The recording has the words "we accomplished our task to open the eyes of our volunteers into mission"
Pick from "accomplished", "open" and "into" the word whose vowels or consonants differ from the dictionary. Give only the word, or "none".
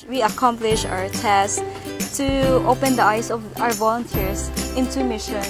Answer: accomplished